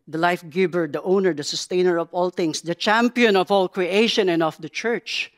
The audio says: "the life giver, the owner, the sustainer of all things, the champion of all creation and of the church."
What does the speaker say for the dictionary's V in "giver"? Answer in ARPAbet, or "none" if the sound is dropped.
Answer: B